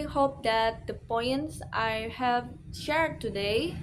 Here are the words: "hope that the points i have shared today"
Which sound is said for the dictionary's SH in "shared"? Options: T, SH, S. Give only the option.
SH